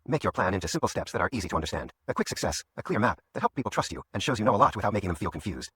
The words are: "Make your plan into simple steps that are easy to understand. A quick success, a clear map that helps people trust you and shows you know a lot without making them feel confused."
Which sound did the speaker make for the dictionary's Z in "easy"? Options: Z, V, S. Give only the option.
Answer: Z